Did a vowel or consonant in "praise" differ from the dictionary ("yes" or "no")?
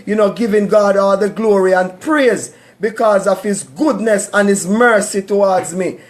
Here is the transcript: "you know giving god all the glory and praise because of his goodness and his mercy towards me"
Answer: no